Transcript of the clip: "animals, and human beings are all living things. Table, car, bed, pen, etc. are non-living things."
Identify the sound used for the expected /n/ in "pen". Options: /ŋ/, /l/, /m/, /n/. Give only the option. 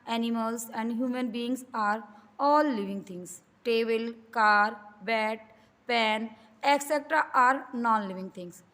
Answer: /n/